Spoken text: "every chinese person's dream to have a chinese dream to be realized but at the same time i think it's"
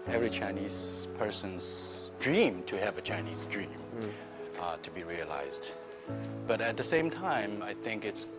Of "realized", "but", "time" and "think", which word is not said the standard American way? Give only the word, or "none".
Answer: none